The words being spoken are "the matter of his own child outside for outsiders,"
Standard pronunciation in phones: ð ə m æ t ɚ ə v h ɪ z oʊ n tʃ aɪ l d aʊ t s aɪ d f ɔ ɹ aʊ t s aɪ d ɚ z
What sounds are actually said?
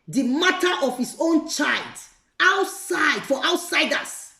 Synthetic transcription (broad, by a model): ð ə m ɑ t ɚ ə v h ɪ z oʊ n tʃ aɪ l d aʊ t s aɪ d f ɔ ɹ aʊ t s aɪ d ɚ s